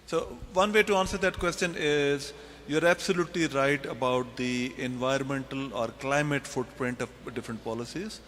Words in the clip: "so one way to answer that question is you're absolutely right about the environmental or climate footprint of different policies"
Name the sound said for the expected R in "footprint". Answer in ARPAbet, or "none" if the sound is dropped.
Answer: R